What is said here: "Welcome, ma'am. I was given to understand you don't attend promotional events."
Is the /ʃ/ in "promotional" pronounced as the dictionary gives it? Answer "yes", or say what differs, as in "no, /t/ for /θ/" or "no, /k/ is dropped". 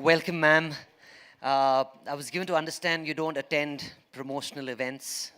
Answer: yes